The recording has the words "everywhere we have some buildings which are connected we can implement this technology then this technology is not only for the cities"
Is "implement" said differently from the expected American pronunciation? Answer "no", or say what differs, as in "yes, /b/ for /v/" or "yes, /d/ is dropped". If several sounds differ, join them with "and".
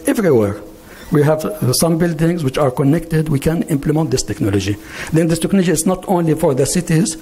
no